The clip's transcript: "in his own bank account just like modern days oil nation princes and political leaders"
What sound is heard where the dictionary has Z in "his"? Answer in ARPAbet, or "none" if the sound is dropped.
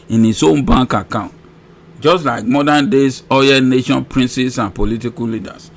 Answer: S